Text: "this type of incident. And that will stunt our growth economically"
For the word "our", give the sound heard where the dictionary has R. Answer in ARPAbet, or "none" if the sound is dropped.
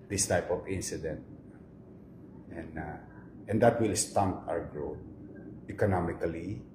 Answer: W